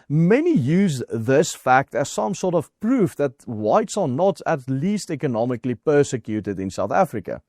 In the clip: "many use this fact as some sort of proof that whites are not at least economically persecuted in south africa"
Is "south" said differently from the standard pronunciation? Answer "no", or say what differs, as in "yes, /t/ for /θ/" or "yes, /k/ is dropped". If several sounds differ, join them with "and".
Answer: no